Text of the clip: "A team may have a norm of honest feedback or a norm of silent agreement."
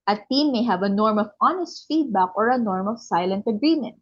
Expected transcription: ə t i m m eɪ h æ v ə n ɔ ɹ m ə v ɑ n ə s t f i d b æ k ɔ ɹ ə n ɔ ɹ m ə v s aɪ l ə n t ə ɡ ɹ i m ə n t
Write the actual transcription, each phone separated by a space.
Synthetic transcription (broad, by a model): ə t i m m eɪ h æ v ə n ɔ ɹ m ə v ɑ n ə s t f i d b æ k ɔ ɹ ə n ɔ ɹ m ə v s aɪ l ə n t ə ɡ ɹ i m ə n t